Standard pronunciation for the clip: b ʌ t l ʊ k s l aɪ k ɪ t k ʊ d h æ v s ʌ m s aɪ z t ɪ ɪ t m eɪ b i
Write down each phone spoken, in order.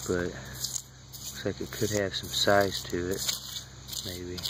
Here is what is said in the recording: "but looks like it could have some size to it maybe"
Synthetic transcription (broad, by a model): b ʌ t w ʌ s l aɪ k ɪ t k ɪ d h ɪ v s ʌ m s aɪ z t ɪ ɪ t m eɪ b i